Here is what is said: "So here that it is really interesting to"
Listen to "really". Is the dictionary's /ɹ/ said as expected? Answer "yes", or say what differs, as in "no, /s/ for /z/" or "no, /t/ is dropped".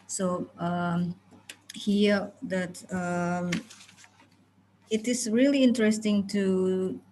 yes